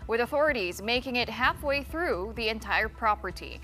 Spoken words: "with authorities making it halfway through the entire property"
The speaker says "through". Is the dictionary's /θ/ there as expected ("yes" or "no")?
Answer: yes